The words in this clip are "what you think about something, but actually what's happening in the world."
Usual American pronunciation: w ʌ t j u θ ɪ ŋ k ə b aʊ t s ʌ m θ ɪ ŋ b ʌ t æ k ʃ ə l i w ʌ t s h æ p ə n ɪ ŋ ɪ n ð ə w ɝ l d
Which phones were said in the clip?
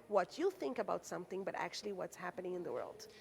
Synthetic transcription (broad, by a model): w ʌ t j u θ ɪ ŋ k ə b aʊ t s ʌ m θ ɪ ŋ b ʌ t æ k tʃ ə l i w ʌ t s h æ p ə n ɪ ŋ ɪ n ð ə w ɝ l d